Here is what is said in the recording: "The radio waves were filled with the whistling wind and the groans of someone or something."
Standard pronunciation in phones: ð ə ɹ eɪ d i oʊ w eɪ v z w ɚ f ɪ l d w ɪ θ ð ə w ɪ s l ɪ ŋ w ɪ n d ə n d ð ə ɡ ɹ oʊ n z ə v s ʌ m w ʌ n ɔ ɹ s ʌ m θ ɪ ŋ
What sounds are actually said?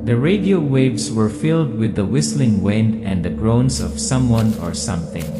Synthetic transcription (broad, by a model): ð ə ɹ eɪ d i oʊ w eɪ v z w ɚ f ɪ l d w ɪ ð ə w ɪ s l ɪ ŋ w ɪ n d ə n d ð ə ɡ ɹ oʊ n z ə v s ʌ m w ʌ n ɔ ɹ s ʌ m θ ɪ ŋ